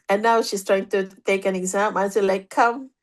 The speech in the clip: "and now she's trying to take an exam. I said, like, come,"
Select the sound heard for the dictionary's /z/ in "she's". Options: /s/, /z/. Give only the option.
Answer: /s/